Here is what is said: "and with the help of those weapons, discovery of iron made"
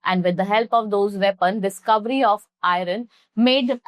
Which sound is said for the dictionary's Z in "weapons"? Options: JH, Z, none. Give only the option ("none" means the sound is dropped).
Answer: none